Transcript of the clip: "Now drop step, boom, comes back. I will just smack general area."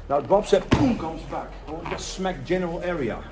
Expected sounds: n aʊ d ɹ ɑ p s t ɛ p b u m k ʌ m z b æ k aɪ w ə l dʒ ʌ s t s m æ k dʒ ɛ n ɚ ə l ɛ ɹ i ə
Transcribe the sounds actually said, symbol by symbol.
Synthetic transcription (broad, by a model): n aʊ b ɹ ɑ b s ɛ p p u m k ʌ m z b æ k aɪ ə n dʒ ʌ s t s m æ k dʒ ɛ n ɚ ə l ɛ ɹ i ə